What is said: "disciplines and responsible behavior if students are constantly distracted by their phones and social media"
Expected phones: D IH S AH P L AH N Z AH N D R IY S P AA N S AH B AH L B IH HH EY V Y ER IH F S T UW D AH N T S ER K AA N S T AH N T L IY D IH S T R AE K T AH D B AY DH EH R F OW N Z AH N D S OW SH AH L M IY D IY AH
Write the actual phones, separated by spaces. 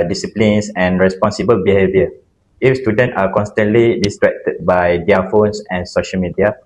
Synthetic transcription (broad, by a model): D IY S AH P L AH N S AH N R IY S P AA N S AH B AH L B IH HH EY V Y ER IH F S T UW D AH N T AA K AA N S T AH N T L IY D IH S T R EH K T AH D B AY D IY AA F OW N S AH N S OW SH AH L M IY D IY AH